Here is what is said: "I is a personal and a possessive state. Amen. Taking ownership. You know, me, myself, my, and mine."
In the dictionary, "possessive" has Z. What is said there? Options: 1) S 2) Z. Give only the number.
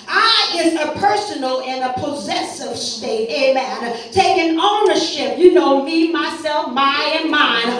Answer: 2